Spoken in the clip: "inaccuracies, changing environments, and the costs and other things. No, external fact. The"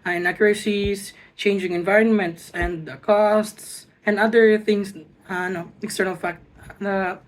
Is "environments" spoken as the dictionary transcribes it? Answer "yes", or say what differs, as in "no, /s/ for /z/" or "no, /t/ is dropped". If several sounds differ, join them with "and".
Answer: yes